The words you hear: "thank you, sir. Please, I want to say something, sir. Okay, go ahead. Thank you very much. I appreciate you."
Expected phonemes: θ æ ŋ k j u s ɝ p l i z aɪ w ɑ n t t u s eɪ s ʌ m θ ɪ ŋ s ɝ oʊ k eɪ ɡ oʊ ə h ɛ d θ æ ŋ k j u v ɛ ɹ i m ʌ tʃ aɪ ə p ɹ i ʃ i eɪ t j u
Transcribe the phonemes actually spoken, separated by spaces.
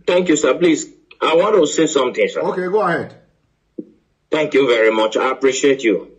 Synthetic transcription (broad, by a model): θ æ ŋ k j u s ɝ p l i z aɪ w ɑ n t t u s eɪ s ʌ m t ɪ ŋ s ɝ oʊ k eɪ ɡ oʊ ə h ɛ d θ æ ŋ k j u v ɛ ɹ i m ʌ tʃ aɪ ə p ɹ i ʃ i eɪ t j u